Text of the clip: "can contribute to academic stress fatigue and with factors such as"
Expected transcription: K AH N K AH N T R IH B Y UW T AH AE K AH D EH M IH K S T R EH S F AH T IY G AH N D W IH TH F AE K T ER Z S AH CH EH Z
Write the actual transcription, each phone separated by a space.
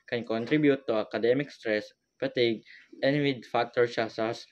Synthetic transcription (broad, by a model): K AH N K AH N T R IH B Y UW T AH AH K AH D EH M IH K S T R EH S P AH T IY G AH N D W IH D F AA K T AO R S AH S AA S